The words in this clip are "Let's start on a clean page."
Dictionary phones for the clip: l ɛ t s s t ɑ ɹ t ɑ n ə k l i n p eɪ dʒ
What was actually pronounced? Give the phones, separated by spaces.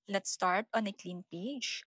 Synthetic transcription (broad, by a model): l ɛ t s s t ɑ ɹ t ɑ n ə k l i n p eɪ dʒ